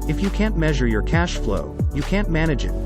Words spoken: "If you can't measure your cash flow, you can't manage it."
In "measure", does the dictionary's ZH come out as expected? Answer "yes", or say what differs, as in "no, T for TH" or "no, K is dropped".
yes